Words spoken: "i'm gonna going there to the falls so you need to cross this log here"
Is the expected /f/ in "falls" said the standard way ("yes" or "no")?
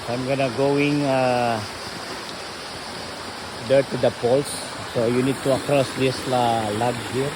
no